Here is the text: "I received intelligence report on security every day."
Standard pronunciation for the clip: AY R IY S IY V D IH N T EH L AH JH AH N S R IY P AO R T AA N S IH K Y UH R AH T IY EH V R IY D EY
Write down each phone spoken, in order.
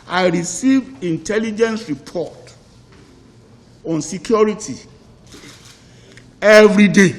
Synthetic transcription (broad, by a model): AY R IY S IY V IH N T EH L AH JH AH N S R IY P AO T AA N S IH K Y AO R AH T IY EH V R IY D EY